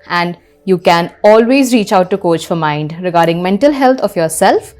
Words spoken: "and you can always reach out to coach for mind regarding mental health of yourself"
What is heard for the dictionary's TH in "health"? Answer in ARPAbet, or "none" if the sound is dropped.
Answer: T